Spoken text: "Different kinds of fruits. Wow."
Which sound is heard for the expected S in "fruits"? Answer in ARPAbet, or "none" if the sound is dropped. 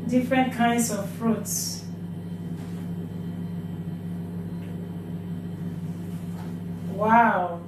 S